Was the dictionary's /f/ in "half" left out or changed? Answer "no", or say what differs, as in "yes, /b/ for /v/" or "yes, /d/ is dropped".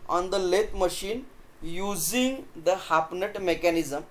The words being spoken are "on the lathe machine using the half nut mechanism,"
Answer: yes, /p/ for /f/